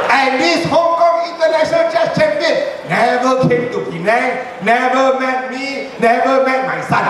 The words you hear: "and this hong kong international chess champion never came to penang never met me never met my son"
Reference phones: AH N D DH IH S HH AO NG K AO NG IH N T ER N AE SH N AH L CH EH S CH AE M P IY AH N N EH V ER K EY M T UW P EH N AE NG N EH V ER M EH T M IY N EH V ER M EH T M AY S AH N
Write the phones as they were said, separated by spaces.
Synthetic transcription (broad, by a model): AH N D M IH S HH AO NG K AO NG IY N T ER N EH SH AH N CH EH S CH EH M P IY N N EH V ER K EY M T UW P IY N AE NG N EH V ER M EH T M IY N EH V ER M EH T M AY S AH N